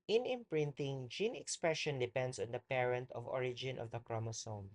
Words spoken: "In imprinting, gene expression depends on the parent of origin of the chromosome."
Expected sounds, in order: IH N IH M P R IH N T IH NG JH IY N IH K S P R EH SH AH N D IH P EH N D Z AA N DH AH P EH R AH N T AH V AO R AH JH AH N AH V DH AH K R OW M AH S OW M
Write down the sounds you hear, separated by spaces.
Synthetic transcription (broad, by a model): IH N IH M P R IH N T IH NG JH IY N IH K S P R EH SH AH N D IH P EH N D S AA N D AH P EH R AH N T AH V AO R AH JH AH N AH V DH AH K R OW M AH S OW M